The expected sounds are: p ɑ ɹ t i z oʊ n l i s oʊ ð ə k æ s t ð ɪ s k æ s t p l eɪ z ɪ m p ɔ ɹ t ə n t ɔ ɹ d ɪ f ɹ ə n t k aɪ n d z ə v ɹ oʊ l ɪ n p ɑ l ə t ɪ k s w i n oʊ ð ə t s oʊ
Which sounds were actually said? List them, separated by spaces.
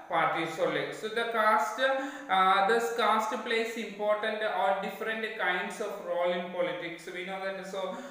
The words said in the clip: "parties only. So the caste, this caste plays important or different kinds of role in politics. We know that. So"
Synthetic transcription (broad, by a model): p ɑ ɹ t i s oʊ l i s oʊ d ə k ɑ s t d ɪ s k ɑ s t p l eɪ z ɪ m p ɔ ɹ t ə n t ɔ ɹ d ɪ f ɹ ə n t k aɪ n d s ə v ɹ oʊ l ɪ n p ɑ l ə t ɪ k s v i n oʊ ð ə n s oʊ